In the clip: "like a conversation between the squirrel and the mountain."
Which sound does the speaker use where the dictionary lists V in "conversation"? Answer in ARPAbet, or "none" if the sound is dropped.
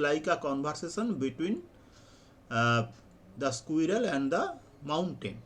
B